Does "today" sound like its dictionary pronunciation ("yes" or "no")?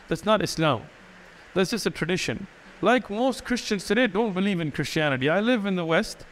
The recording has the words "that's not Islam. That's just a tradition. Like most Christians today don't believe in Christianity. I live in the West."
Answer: no